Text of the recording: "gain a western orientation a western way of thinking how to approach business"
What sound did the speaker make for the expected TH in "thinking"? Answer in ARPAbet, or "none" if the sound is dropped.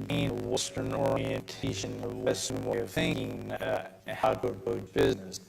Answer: TH